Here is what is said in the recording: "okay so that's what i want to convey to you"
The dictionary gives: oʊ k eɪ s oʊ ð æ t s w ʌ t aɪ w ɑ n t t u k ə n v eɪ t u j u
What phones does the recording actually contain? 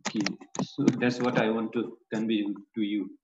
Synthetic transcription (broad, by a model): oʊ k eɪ s oʊ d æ t s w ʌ t aɪ w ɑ n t t u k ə n b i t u j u